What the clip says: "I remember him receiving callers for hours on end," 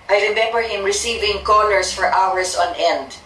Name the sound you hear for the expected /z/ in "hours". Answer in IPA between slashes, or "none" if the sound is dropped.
/s/